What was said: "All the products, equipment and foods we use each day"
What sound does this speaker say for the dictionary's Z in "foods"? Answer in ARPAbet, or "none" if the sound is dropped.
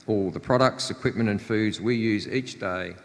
Z